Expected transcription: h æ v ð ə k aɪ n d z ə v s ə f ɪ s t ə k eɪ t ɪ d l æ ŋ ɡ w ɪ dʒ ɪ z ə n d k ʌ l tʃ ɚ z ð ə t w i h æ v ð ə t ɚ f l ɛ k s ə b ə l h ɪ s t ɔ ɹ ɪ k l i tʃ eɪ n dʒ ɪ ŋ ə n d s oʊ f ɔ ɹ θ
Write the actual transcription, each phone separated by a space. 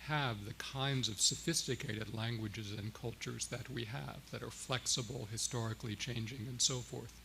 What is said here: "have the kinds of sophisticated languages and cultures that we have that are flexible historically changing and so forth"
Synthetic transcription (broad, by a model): h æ v ð ə k aɪ n d z ə v s ə f ɪ s t ə k eɪ t ɪ d l æ ŋ ɡ w ɪ dʒ ɪ z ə n k ʌ l tʃ ɚ z ð ə t w i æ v ð ə t ɚ f l ɛ k s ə b l h ɪ s t ɔ ɹ ɪ k l i tʃ eɪ n dʒ ɪ ŋ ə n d s oʊ f ɔ ɹ θ